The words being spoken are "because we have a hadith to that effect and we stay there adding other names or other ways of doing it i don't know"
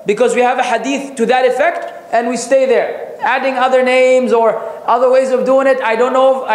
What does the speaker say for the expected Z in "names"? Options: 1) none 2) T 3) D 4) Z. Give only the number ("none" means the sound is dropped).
4